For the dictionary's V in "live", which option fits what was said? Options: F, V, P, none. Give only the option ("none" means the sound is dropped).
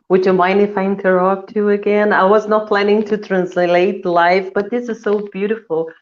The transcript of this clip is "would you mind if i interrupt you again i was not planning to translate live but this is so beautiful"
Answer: F